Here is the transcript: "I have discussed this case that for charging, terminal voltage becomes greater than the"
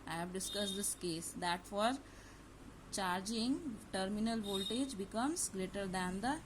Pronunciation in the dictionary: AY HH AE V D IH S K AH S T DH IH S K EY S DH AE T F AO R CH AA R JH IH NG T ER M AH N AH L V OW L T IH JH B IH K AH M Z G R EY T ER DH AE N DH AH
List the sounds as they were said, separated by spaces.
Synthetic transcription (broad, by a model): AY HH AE V D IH S K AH S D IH S K EY S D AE T F AO R CH AA R JH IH NG T ER M AH N AH L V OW L T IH JH B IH K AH M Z G R EY T ER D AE N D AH